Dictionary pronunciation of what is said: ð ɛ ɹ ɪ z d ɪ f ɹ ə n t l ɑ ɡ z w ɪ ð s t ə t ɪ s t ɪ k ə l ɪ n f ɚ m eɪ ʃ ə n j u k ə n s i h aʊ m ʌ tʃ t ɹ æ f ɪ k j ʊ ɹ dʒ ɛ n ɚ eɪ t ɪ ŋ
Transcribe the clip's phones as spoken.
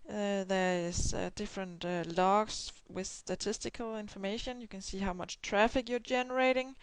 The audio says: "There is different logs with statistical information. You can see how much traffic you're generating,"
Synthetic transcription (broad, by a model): ð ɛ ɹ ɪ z d ɪ f ɹ ə n t l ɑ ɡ s w ɪ ð s t ə t ɪ s t ɪ k ə l ɪ n f ɚ m eɪ ʃ ə n j u k ə n s i h aʊ m ʌ tʃ t ɹ æ f ɪ k j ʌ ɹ dʒ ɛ n ɚ eɪ t ɪ ŋ